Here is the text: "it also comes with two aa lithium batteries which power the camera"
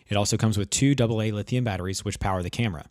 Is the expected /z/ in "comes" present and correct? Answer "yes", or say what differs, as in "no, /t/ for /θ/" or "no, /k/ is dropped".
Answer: yes